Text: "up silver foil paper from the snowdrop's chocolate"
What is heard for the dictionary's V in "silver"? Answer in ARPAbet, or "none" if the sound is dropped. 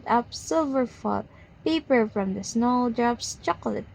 V